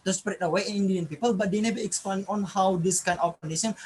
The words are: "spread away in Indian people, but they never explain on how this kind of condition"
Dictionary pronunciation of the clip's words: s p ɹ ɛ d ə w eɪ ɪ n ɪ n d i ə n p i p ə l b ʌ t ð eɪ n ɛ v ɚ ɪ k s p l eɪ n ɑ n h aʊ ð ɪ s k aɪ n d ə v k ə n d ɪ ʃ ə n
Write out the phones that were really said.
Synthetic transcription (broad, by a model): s p ɹ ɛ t ə w eɪ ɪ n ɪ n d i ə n p i p ə l b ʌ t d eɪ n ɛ b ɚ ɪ k s p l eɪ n ɑ n h aʊ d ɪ s k aɪ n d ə f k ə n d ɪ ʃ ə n